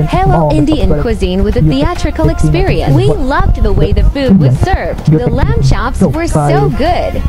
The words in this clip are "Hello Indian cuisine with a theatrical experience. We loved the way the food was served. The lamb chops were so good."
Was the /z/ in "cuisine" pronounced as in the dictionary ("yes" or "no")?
yes